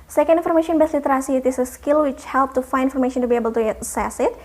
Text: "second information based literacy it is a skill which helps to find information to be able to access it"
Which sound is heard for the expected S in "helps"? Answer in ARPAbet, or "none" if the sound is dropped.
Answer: none